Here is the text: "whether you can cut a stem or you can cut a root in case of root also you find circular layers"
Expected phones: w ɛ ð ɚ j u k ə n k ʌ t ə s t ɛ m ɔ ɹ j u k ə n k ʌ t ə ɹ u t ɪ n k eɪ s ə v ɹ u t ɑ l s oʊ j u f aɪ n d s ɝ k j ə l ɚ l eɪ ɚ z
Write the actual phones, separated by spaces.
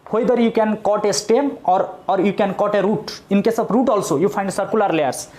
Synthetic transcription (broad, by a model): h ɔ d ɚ j u k ə n k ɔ t ə s t ɛ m ɔ ɹ j u k ə n k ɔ t ə ɹ u t ɪ n k eɪ s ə b ɹ u t ɑ l s oʊ j u p aɪ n d s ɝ k j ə l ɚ l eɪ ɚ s